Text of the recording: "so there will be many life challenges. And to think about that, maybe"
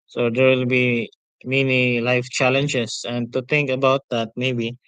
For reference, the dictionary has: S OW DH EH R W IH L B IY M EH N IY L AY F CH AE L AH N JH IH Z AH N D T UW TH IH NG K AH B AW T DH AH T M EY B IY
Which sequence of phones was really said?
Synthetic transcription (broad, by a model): S OW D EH R W IH L B IY M EH N IY L AY F CH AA L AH N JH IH S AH N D T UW T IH NG K AH B AW T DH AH T M EY B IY